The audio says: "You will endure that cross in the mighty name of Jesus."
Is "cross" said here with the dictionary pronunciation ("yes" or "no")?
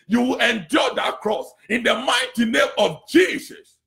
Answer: yes